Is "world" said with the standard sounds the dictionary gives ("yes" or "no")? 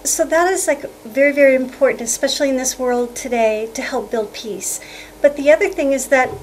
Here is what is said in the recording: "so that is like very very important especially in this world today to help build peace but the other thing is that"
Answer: yes